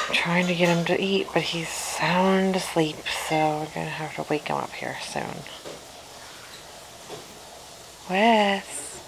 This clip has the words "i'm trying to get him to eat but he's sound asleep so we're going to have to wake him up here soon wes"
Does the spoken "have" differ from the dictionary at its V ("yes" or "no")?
yes